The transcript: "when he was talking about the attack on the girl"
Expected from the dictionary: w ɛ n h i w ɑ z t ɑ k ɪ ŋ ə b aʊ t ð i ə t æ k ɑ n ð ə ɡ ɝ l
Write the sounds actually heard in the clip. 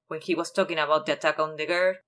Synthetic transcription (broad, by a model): w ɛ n h i w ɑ s t ɑ k ɪ ŋ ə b aʊ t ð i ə t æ k ɑ n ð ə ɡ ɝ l